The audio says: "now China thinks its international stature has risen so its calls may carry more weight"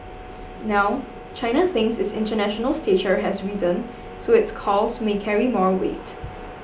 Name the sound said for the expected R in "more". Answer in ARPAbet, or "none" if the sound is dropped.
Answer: R